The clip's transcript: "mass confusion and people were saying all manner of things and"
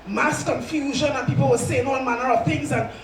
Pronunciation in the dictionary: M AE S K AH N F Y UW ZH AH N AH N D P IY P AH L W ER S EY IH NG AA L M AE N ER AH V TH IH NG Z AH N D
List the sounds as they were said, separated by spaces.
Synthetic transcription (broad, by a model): M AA S K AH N F Y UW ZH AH N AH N P IY P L W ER S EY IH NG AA N M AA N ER AH V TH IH NG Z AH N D